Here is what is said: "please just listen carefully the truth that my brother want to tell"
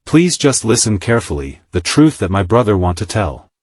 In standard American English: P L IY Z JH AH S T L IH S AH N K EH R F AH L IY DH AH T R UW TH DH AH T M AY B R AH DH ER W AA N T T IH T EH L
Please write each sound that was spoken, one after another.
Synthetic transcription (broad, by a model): P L IY Z JH AH S T L IH S AH N K EH R F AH L IY DH AH T R UW TH DH AH T M AY B R AH DH ER W AA N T T IH T EH L